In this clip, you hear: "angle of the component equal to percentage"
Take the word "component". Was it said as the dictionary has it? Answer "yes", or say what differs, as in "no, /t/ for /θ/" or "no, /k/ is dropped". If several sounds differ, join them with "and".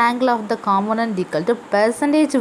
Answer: no, /p/ is dropped